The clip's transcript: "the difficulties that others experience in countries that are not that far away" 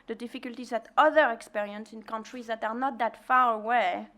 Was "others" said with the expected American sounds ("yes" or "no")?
no